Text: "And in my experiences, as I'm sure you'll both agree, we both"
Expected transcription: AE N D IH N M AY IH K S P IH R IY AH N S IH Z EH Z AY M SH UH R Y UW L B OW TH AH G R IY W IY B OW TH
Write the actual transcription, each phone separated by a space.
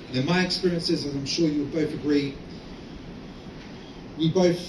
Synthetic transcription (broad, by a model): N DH IH N M AY IH K S P IH R IY AH N S IH Z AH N AY M SH UH R Y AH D B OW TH AH G R IY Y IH B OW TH